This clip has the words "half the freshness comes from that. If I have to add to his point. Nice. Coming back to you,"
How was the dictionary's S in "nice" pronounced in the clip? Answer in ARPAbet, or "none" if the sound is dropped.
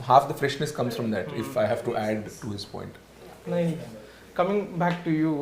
none